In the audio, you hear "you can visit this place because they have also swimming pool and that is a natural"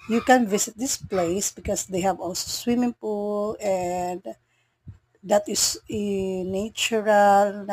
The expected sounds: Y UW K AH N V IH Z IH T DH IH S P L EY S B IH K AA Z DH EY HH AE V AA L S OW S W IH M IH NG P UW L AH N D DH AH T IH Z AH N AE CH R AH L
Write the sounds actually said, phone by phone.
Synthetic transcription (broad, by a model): Y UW K AH N V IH S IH T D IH S P L EY S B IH K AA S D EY HH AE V AA L S OW S W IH M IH NG P UW L AH N D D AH T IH S AH N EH CH R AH L